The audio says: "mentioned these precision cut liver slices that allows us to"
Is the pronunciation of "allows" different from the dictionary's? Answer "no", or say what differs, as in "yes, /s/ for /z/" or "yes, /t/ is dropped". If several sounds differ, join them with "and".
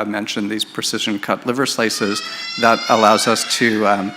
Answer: no